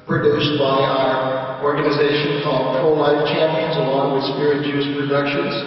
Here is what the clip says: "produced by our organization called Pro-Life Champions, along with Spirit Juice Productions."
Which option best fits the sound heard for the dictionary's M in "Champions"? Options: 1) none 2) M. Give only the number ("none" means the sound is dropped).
2